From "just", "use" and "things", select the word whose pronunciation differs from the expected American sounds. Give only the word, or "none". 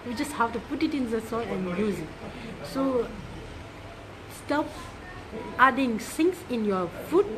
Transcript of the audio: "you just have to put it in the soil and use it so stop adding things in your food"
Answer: things